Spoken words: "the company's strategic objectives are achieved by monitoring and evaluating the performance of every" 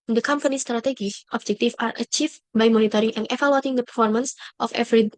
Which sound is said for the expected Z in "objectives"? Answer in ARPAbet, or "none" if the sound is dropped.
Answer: none